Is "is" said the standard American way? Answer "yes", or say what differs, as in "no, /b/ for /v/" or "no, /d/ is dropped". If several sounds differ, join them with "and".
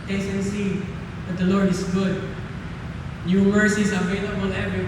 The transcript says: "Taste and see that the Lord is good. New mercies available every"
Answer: no, /s/ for /z/